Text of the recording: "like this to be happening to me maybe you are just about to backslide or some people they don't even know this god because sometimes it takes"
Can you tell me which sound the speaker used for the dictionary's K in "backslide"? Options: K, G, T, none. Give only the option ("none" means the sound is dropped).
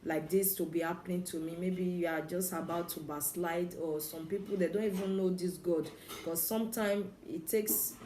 none